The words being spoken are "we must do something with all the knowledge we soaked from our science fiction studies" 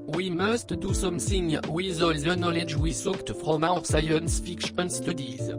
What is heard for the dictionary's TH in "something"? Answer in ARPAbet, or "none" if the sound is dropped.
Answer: S